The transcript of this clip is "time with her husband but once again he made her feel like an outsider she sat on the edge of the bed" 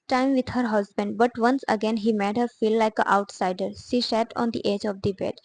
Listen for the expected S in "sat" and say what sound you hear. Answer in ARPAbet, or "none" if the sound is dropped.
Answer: SH